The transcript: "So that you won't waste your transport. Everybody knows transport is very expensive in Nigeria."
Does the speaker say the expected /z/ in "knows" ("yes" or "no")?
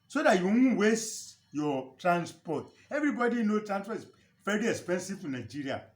no